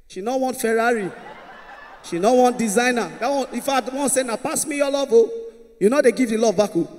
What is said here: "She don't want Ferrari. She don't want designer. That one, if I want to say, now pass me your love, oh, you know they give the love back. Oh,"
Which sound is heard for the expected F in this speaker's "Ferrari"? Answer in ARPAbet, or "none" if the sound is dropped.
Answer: F